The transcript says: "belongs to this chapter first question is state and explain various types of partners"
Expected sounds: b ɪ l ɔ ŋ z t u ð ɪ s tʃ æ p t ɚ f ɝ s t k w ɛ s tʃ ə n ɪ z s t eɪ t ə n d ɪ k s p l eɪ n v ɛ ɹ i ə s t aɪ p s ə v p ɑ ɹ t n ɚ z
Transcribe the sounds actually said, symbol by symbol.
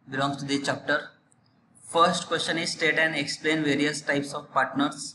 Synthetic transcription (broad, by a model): b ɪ l ɔ ŋ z t u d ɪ tʃ æ p t ɚ f ɝ s t k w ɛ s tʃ ə n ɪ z s t eɪ t ə n d ɪ k s p l eɪ n v ɛ ɹ i ə s t aɪ p s ə v p ɑ ɹ t n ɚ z